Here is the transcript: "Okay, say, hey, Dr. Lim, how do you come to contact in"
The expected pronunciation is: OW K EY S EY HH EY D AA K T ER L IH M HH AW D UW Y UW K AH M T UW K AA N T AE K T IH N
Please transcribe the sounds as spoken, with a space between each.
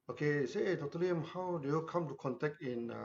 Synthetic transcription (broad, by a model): OW K EY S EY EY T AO T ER L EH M HH AW D UW Y UW K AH M T UW K AA N T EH K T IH N